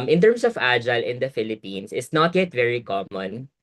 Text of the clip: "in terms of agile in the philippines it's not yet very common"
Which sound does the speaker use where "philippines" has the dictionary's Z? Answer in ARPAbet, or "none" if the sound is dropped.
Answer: S